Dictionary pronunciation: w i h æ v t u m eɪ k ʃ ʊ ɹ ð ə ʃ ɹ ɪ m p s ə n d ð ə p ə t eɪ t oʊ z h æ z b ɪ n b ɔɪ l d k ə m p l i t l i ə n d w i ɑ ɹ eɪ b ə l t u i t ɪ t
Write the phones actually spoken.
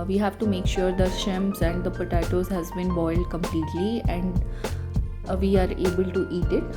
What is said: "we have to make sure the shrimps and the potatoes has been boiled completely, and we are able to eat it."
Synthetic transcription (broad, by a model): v i h æ v t u m eɪ k ʃ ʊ ɹ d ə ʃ ɪ m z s ə n d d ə p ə t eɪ t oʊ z h æ z b ɪ n b ɔɪ l d k ə m p l i t l i ə n d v i ɑ ɹ eɪ b ə l t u i t ɪ t